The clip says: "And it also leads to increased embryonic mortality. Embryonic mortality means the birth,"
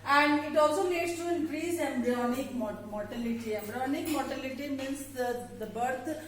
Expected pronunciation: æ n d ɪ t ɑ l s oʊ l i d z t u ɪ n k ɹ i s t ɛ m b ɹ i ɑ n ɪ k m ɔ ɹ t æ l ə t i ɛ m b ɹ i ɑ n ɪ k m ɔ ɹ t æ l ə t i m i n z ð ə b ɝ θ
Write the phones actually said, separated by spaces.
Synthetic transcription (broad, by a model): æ n d ɪ t ɑ l s oʊ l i d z t u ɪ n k ɹ i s ɛ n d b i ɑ n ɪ k m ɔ ɹ t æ l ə t i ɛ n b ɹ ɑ n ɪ k m ɔ ɹ t æ l ə t i m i n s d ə b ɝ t